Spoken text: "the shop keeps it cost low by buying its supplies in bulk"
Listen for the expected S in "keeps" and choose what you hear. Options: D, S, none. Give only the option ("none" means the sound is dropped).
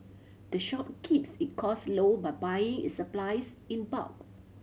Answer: S